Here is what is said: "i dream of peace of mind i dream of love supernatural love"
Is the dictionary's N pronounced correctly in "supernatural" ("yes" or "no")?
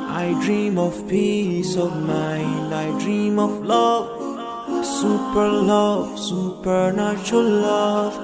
no